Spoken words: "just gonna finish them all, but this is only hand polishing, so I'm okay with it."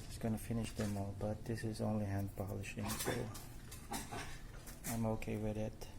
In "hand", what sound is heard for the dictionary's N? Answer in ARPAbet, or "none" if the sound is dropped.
N